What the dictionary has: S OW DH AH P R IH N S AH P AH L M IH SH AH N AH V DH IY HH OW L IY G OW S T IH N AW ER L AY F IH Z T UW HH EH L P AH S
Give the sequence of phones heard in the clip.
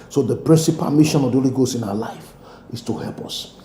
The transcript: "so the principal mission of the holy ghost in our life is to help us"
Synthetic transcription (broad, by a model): S OW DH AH P R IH N S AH P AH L M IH SH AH N AH V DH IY HH OW L IY G OW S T IH N AW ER L AY F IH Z T UW HH EH L P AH S